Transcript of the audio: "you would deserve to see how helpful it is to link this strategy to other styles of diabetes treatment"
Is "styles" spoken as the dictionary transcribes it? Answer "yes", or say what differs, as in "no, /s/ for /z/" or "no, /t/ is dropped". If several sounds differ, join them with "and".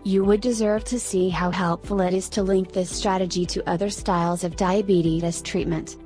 yes